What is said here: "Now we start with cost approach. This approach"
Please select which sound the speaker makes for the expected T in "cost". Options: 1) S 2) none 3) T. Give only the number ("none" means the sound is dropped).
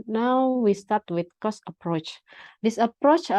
2